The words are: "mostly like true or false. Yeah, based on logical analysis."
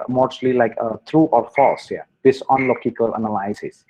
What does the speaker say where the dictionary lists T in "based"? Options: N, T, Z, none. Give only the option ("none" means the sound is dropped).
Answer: none